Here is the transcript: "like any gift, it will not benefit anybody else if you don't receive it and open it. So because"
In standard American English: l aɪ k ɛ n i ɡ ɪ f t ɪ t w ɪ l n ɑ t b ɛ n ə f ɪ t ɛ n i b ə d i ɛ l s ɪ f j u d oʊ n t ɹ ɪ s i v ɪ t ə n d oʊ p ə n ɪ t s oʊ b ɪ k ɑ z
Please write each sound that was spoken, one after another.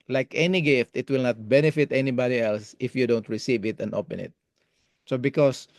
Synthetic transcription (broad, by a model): l aɪ k ɛ n i ɡ ɪ f t ɪ t w ɪ l n ɑ t b ɛ n ə f ɪ t ɛ n i b ə d i ɛ l s ɪ f j u d oʊ n t ɹ ɪ s i v ɪ t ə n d oʊ p ə n ɪ t s oʊ b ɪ k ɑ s